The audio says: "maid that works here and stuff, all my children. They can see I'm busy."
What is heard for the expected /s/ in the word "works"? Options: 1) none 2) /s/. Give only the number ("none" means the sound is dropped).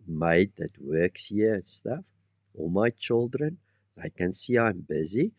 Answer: 2